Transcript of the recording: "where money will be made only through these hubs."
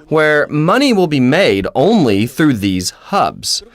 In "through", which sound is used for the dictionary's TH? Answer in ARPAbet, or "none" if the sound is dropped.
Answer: TH